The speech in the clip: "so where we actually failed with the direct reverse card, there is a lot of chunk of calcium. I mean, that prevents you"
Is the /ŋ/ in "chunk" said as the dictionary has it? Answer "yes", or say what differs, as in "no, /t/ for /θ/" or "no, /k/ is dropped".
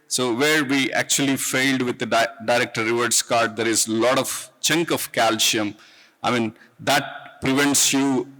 yes